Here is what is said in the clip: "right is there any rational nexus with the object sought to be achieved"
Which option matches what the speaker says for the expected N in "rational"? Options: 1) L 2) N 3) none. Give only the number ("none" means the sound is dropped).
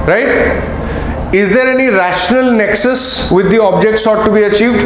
2